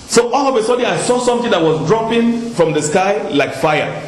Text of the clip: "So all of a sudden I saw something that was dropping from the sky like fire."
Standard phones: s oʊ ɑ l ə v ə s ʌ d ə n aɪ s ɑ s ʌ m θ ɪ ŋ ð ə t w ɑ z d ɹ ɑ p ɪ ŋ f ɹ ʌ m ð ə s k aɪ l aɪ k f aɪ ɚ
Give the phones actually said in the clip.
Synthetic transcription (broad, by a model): s oʊ ɑ l ə v ə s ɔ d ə aɪ s ɑ s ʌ m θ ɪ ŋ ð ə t w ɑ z d ɹ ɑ p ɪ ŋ f ɹ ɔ m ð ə s k aɪ l aɪ k f aɪ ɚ